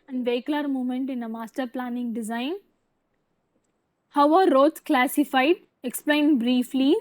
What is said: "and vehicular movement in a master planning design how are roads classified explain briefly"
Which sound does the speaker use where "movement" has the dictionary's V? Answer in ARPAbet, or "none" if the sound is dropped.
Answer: none